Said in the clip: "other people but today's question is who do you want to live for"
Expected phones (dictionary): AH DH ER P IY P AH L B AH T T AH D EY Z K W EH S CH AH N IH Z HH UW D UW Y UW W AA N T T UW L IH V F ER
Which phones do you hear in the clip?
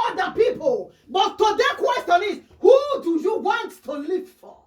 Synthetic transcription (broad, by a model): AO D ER P IY P AH L B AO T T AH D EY K W EH S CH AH N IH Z HH UW D UW Y UW W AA N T T UW L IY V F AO